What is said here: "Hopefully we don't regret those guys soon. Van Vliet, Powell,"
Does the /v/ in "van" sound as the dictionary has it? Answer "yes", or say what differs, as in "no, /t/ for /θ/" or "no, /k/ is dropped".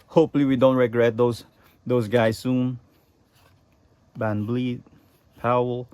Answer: no, /b/ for /v/